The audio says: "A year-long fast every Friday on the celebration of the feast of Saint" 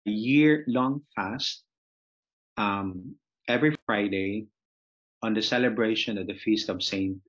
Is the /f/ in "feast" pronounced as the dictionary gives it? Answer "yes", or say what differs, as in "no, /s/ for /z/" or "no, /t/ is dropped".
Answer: yes